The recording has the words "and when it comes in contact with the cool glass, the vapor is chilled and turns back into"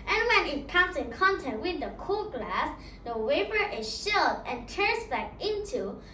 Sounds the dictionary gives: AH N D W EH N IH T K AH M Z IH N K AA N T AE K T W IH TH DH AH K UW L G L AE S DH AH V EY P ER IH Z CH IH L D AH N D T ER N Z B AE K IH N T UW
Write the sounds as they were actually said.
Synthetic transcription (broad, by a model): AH N W EH N IH T K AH M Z IH N K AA N T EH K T W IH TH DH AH K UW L G L AE S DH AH W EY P ER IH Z SH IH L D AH N T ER N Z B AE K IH N T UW